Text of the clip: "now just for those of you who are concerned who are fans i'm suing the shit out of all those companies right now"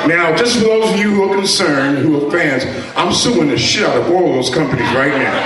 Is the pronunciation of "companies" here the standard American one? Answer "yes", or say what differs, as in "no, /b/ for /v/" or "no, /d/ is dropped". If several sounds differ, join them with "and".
yes